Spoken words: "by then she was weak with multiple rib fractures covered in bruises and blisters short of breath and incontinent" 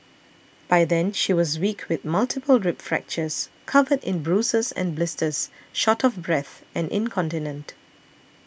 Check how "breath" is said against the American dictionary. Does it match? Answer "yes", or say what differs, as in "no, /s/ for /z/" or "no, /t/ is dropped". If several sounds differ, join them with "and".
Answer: yes